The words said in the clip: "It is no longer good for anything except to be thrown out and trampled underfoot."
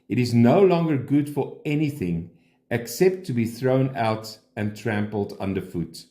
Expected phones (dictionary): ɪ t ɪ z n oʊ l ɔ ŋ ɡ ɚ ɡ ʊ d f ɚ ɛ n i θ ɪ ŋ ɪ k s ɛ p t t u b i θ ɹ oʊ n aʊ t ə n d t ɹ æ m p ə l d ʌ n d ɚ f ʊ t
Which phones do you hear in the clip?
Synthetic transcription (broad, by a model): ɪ t ɪ z n oʊ l ɔ ŋ ɡ ɚ ɡ ʊ d f ɚ ɛ n i θ ɪ ŋ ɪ k s ɛ p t t u b i θ ɹ oʊ n aʊ t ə n t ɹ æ m p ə l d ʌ n d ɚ f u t